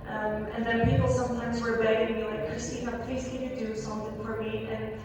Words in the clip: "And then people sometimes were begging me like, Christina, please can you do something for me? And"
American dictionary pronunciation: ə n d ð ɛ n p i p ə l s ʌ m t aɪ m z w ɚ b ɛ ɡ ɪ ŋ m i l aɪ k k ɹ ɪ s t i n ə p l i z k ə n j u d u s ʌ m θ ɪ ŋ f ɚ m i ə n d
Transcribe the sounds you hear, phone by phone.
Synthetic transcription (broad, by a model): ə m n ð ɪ n p i p l s ʌ m t aɪ m z w ɚ b ɛ ɡ ɪ ŋ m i l aɪ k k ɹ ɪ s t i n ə p l i z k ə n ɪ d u s ʌ m θ ɪ ŋ f ɚ m i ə n